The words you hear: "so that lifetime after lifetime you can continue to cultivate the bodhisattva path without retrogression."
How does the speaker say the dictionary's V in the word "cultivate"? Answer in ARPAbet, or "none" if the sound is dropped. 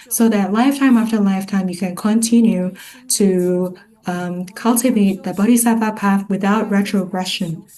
V